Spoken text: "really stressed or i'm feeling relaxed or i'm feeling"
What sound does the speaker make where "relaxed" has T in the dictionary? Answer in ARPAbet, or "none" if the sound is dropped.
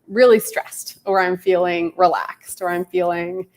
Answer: T